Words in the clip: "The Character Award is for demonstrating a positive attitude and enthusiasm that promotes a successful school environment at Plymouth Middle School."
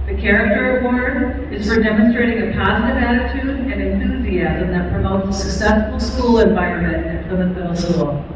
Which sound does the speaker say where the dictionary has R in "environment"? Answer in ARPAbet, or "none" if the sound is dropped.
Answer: none